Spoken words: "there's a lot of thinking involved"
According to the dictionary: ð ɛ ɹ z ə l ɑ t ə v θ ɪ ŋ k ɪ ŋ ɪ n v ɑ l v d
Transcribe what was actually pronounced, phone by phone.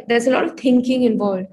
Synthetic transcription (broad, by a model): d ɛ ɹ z ə l ɑ t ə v t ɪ ŋ k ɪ ŋ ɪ n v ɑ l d